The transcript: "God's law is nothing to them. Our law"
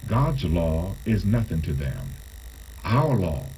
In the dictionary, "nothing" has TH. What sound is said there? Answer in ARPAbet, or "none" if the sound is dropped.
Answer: TH